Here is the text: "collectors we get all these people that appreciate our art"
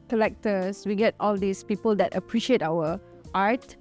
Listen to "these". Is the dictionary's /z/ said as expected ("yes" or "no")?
no